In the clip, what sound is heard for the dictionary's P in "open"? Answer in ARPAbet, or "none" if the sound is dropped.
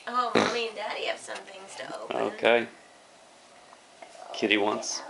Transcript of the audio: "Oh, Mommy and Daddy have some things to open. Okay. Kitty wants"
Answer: none